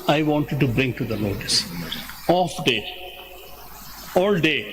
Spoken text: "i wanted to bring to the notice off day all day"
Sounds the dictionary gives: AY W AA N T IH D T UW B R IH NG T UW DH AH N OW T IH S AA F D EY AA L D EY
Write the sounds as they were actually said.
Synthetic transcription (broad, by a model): AY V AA N T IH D T UW B R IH NG T UW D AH L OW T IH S AA F D EY AA L D EY